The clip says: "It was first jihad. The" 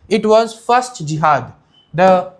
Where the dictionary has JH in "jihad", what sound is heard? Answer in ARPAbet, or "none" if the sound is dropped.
JH